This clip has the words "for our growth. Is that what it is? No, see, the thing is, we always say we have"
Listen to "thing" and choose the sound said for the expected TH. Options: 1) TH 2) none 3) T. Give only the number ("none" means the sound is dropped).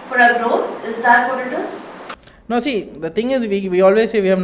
3